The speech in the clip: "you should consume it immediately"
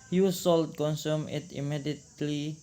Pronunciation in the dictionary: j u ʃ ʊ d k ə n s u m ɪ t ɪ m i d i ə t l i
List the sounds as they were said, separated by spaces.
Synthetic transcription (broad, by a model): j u s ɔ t k ə n s u m ɪ t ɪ m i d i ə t l i